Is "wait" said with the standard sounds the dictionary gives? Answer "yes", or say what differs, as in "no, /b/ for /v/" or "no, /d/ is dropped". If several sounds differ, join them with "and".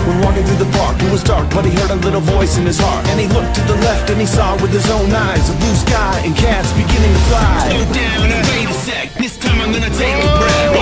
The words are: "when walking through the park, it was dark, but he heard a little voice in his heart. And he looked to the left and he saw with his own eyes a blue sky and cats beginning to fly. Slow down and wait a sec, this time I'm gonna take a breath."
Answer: no, /t/ is dropped